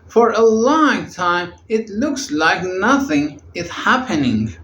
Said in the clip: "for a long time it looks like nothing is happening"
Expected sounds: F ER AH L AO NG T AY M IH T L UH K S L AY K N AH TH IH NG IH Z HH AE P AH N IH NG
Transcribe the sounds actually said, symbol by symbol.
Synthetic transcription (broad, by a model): F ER AH L AO NG T AY M IH T L UH K S L AY K N AH TH IH NG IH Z HH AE P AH N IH NG